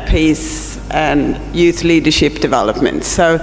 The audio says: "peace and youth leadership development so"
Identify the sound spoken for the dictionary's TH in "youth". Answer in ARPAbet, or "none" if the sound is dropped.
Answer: TH